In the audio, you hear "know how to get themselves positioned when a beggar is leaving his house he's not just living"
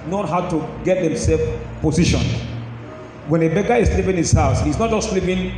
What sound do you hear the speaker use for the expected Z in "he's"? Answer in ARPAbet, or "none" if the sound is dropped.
S